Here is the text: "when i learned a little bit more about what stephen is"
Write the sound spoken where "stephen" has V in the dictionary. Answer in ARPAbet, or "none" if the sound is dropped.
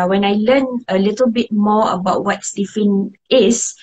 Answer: F